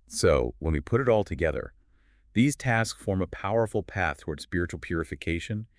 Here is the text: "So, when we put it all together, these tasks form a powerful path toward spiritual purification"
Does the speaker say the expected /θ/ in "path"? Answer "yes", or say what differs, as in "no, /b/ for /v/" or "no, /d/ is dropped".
yes